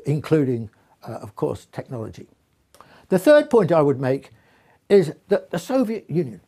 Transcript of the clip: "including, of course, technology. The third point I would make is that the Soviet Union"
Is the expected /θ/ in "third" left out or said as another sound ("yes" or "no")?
no